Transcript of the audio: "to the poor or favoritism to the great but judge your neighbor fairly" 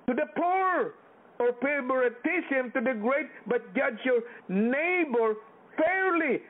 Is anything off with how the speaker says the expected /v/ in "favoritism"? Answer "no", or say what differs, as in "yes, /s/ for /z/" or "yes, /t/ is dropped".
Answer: yes, /b/ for /v/